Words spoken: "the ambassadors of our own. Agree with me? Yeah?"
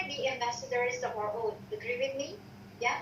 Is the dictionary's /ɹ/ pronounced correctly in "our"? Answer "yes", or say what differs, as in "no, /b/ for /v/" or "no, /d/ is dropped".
yes